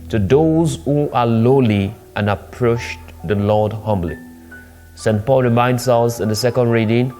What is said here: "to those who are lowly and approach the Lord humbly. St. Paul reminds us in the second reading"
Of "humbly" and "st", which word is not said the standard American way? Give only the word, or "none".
none